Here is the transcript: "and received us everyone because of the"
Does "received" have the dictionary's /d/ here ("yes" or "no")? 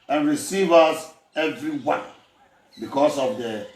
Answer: no